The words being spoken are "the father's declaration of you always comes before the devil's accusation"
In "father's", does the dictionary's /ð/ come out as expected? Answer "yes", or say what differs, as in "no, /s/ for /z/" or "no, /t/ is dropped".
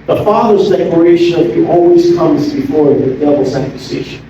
yes